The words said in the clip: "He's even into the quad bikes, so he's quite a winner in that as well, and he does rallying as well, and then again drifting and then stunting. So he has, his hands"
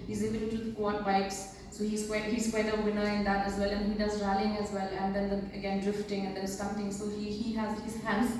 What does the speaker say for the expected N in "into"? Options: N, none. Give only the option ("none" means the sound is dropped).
none